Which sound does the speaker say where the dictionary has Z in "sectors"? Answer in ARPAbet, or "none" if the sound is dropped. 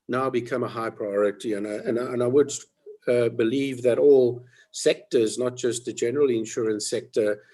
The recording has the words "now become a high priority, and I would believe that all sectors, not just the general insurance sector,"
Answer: Z